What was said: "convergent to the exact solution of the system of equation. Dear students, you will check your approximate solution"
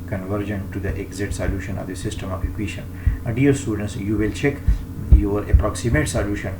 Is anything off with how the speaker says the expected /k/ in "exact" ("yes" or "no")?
yes